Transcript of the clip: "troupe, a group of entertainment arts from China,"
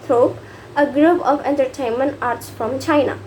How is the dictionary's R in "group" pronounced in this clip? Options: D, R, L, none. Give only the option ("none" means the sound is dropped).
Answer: R